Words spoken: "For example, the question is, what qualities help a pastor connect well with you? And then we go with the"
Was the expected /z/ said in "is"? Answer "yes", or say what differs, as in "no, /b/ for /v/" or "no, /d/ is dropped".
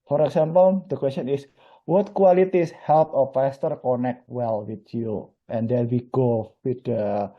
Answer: no, /s/ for /z/